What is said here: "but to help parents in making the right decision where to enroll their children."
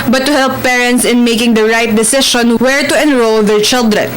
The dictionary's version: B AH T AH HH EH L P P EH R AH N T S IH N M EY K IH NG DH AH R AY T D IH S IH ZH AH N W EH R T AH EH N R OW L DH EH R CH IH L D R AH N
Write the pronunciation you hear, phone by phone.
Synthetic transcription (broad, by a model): B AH T AH HH EH L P P EH R AH N T S IH N M EY K IH NG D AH R AY T D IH S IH SH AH N W EH R T AH EH N R OW L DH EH R CH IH L D R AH N